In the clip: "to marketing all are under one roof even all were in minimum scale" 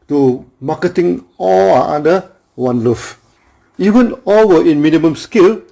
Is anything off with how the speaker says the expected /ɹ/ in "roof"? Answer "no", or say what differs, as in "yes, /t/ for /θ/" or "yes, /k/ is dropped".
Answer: yes, /l/ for /ɹ/